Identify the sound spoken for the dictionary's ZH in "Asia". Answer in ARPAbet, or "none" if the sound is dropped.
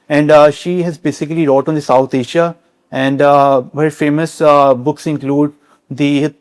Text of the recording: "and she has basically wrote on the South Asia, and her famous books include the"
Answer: SH